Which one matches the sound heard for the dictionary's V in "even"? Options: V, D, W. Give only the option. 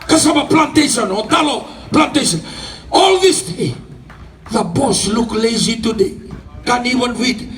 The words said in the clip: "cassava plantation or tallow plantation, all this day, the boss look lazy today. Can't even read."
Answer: W